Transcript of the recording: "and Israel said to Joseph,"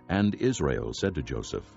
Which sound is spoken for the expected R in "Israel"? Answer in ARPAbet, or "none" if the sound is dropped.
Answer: R